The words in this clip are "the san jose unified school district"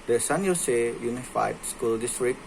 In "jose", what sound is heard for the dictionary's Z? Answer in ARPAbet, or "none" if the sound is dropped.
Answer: S